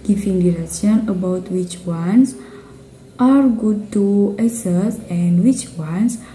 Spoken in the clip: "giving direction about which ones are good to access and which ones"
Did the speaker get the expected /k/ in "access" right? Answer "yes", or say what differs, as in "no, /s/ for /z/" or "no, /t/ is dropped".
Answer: no, /k/ is dropped